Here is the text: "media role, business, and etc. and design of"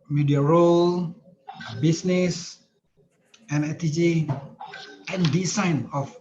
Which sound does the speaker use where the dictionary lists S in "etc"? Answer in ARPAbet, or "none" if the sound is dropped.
none